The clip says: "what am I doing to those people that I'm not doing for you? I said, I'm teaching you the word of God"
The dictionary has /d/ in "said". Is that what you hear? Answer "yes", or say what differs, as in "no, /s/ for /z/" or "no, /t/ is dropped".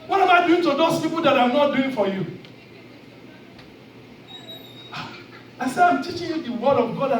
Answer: no, /d/ is dropped